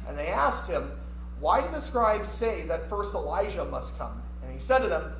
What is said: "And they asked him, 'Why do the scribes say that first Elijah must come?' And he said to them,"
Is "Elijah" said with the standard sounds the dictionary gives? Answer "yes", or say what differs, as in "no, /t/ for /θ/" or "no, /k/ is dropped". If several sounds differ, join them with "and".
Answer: no, /ʒ/ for /dʒ/